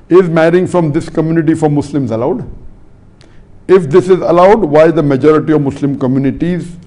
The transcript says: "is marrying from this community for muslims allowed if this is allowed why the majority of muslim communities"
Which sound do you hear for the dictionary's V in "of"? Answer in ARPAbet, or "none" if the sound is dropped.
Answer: V